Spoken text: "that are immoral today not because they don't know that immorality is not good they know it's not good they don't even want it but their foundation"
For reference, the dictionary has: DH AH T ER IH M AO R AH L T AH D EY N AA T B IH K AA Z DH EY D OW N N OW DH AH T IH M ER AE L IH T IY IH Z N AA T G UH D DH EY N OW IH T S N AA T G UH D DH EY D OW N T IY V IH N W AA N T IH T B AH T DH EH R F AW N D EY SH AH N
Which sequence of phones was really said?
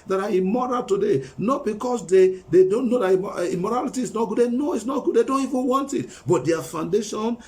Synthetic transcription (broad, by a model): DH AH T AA IH M AO R AH L T AH D EY N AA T B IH K AA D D EY D OW N N OW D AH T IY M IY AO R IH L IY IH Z N AA T G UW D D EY N OW IH T S N AA T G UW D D EY D OW N T IY V IH N W AA N T IH T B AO T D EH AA F AW N D EY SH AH N